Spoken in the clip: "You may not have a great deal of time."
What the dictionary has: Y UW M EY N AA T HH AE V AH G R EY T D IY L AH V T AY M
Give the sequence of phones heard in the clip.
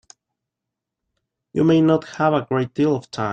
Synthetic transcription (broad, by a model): Y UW M EY N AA T HH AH V AH G R EY T D IY L AH V T AY